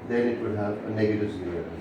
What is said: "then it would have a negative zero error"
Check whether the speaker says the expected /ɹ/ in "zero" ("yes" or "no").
no